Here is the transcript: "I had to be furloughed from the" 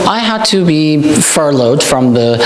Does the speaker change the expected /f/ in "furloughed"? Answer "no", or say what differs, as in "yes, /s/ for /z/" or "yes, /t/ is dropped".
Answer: no